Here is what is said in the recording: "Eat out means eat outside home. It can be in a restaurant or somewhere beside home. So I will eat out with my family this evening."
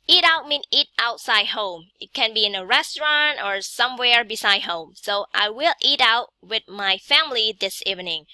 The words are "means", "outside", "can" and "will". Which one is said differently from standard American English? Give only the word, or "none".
means